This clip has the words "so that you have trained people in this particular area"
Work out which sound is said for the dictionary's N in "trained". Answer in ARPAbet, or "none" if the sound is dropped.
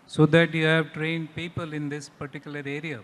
N